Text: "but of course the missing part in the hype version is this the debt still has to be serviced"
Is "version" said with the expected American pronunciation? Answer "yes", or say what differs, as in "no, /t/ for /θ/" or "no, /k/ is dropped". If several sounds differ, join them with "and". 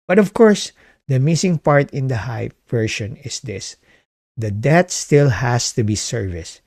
no, /ʃ/ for /ʒ/